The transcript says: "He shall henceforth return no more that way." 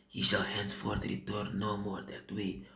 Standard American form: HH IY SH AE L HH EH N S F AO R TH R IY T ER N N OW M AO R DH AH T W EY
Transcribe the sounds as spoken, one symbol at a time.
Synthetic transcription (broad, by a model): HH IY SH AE L HH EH N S F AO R T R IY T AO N N OW M AO R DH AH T W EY